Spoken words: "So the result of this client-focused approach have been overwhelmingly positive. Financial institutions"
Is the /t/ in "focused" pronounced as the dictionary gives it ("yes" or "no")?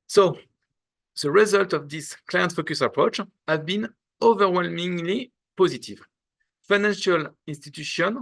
no